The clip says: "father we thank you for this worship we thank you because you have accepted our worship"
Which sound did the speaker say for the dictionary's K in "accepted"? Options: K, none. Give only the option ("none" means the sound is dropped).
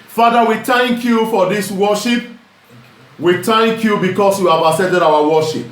none